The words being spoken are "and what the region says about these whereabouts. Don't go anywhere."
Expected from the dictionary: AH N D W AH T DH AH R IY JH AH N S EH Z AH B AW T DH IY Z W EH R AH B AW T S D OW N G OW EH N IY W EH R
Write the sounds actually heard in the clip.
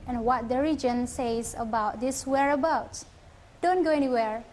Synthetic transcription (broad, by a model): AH N W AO T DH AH R IY JH AH N S EH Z AH B AW T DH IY S W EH R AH B AW T D OW N G OW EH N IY W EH R